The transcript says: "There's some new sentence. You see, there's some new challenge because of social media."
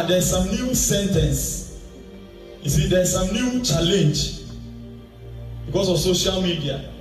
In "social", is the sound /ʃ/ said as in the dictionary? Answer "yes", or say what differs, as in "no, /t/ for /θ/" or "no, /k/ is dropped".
yes